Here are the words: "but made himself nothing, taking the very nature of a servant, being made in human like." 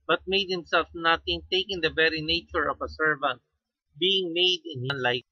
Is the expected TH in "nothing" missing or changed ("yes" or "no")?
yes